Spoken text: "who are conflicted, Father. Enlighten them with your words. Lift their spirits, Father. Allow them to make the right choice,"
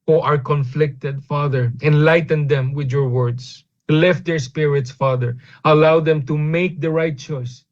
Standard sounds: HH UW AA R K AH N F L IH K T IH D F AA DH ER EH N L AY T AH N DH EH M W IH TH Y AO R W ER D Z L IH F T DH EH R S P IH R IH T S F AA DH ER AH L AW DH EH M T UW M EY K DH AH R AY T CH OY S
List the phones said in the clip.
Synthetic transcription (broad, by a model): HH AA R K AH N F L IH K T IH D F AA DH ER EH N L AY T AH N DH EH M W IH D Y AO R W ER D S L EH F T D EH R S P IH R IH T S F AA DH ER AH L AW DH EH M T UW M EY K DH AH R AY T CH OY S